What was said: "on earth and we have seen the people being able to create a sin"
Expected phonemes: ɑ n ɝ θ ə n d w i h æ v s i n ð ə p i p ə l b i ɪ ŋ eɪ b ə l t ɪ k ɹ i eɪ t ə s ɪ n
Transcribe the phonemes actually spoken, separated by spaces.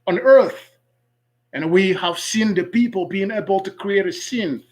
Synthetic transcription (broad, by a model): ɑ n ɝ θ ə n w i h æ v s i n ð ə p i p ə l b i ɪ ŋ eɪ b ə l t ɪ k ɹ i eɪ t ə s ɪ n